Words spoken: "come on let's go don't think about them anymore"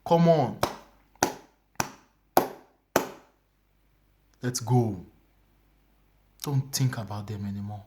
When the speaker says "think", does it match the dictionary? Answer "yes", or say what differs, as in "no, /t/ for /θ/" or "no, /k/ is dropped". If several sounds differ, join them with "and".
no, /t/ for /θ/